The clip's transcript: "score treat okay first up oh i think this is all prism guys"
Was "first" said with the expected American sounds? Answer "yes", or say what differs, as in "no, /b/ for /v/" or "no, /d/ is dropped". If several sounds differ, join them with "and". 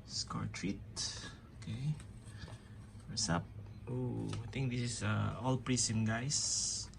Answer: no, /t/ is dropped